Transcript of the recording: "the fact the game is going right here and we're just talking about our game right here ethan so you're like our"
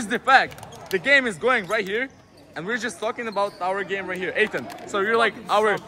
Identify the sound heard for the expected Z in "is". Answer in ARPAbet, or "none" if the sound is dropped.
Z